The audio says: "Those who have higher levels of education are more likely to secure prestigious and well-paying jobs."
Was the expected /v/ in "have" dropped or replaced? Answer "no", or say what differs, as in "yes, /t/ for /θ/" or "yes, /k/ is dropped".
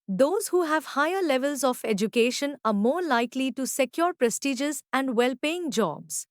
no